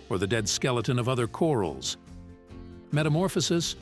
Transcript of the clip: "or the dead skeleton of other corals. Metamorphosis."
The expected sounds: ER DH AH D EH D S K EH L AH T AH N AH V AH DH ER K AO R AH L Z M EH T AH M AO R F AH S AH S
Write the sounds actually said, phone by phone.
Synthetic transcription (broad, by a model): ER DH AH D EH D S K EH L AH T AH N AH V AH DH ER K AO R L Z M EH T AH M AO R F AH S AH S